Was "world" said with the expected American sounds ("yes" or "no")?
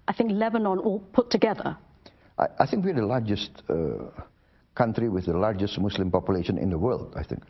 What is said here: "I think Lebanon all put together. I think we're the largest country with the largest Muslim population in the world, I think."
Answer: yes